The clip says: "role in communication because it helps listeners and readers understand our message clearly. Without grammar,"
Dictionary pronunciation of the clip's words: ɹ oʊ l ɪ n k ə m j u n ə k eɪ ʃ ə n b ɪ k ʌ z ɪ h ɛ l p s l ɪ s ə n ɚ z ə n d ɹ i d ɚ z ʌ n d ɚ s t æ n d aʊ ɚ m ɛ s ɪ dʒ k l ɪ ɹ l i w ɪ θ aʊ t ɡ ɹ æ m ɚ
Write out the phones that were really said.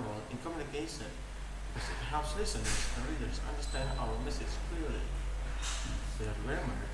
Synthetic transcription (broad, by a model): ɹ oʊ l ɪ n k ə m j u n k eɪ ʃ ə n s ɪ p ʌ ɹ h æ p s l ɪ s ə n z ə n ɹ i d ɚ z ʌ n d ɚ s t æ n d aʊ ɚ m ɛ s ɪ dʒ k l ɪ ɹ l i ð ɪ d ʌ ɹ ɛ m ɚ